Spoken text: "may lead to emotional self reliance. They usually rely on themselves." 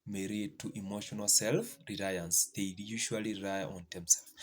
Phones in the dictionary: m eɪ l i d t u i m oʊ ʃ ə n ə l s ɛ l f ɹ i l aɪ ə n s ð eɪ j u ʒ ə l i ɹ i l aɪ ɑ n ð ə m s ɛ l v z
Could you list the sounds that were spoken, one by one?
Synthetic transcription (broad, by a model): m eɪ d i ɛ t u i m oʊ ʃ ə n ə l s ɛ l f ɹ i l aɪ ə n s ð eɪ j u ʃ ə i l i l aɪ ɑ n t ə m s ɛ l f